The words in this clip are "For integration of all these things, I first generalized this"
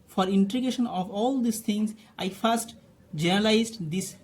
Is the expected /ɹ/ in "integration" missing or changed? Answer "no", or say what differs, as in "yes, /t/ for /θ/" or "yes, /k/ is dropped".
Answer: yes, /ɹ/ is dropped